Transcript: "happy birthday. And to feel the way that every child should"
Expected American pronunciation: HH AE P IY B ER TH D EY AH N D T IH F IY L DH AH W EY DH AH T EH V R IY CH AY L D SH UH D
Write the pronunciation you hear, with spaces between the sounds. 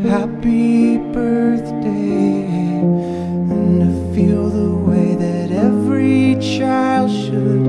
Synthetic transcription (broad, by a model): HH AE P IY B ER TH D EY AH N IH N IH F IY L DH AH W EY DH AH T EH V R IY CH AY L D SH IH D